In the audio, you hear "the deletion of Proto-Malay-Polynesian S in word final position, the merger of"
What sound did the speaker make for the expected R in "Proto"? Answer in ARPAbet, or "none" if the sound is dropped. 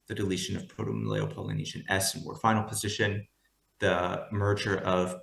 none